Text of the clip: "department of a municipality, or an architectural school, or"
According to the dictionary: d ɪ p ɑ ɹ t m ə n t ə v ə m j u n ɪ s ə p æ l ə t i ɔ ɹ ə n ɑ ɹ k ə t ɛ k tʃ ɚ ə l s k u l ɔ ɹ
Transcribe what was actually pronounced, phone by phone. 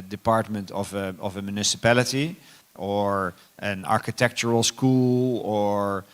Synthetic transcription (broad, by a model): d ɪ p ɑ ɹ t m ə n t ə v ə m j u n ɪ s ə p æ l ə t i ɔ ɹ ə n ɑ ɹ k ə t ɛ k tʃ ɚ ə l s k u l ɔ ɹ